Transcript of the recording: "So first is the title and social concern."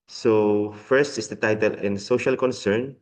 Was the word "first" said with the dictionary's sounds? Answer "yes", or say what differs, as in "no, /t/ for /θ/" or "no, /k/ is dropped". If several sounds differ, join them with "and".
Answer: yes